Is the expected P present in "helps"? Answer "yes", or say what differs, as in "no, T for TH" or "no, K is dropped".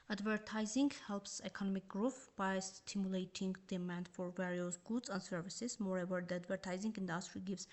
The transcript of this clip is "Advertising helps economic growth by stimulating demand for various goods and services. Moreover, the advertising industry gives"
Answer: yes